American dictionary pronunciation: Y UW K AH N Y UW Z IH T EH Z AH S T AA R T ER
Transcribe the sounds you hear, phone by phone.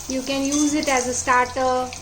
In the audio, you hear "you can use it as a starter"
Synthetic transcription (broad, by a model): Y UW K AH N Y UW Z IH T EH Z AH S T AA R T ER